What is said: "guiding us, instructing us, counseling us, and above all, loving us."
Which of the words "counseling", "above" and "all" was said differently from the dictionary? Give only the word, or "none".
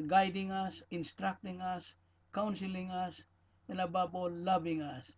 above